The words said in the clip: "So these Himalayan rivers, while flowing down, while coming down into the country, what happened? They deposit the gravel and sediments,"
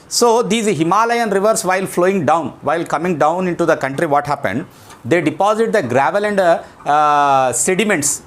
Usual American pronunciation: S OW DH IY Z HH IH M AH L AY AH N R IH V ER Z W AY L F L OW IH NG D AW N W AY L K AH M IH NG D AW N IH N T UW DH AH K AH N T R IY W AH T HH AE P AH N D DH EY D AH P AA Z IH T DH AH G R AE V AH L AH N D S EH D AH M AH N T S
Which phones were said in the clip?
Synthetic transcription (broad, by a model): S OW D IY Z HH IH M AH L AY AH N R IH V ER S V AY L F L OW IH NG D AW N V AY L K AH M IH NG D AW N IH N T UW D AH K AH N T R IY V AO T HH AE P AH N D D EY D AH P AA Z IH T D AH G R AE V AH L AH N D S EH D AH M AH N T S